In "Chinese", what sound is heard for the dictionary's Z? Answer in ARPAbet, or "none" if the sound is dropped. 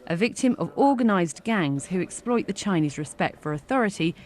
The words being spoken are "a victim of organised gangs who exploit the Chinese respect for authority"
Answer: Z